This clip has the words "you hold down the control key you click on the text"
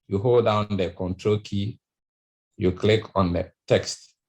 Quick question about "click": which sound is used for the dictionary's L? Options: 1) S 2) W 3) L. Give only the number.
3